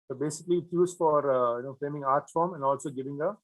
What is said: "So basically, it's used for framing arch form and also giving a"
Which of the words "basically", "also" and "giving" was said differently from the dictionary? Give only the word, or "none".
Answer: none